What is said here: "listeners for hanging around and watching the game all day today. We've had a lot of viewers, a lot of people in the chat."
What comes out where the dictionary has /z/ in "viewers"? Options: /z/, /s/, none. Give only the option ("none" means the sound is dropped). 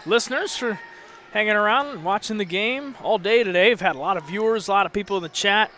/z/